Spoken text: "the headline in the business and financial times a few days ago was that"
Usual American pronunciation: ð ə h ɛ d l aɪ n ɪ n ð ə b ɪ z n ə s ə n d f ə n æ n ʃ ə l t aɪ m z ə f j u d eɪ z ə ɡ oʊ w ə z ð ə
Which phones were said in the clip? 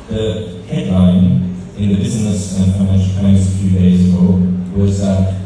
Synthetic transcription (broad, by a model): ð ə h ɛ d l aɪ n ɪ n ð ə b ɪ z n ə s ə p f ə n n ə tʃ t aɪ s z ə f j u d eɪ z ə ɡ oʊ w ə z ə